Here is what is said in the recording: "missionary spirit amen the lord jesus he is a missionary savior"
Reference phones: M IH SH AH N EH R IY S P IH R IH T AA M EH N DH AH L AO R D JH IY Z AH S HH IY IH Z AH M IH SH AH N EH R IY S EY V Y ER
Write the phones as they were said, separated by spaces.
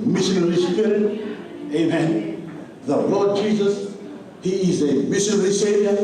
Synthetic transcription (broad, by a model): M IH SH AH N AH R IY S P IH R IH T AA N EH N DH AH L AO D JH IY Z AH S HH IY IH Z AH M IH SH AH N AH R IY S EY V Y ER